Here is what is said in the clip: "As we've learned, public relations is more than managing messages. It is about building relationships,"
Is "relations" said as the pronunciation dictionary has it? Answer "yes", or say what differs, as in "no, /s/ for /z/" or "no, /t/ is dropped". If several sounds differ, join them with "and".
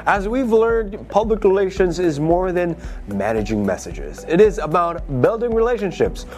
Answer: yes